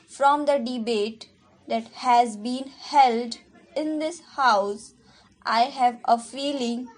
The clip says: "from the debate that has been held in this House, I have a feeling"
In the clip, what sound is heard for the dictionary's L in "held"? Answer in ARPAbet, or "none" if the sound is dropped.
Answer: L